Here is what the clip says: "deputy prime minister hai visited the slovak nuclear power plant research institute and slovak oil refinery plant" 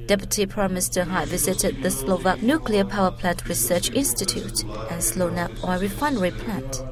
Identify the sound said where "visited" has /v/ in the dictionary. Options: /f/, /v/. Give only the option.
/v/